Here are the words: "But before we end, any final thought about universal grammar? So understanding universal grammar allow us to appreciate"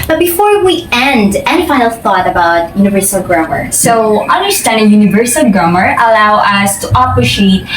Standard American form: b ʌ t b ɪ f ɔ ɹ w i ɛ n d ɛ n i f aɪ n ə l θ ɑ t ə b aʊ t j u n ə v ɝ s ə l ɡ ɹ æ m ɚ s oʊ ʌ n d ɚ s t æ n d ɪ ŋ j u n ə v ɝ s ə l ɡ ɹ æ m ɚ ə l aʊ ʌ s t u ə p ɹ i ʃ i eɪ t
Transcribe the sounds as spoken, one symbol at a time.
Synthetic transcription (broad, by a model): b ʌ t b ɪ f ɔ ɹ w i ɛ n d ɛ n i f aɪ ə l θ ɑ t ə b aʊ t j u n ə v ɝ s ə l ɡ ɹ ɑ m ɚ s oʊ ʌ n d ɚ s t æ n d ɪ ŋ j u n ə v ɝ s ə l ɡ ɹ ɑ m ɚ ə l aʊ ʌ s t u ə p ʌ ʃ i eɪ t